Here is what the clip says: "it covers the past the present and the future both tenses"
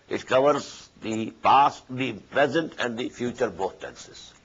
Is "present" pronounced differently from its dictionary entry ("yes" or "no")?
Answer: no